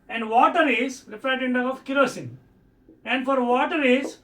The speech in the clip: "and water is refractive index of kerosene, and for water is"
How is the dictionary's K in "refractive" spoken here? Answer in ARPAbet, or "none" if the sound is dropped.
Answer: none